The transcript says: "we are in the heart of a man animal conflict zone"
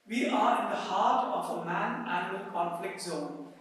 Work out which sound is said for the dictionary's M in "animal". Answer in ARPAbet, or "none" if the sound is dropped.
none